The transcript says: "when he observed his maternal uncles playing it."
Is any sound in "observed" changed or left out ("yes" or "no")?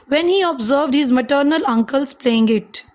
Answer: no